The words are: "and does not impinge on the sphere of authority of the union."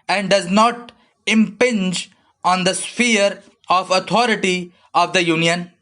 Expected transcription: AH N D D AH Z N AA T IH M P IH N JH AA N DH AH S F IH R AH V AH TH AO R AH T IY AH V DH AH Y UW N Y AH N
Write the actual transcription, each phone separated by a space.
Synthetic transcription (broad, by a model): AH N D D AH Z N AA T IH M P IH N JH AA N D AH S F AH R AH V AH T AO R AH T IY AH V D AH Y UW N Y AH N